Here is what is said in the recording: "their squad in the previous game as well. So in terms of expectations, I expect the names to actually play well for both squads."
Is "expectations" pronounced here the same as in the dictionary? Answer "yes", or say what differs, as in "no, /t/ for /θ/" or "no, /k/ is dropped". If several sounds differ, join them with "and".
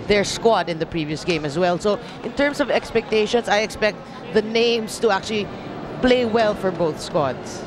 no, /s/ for /z/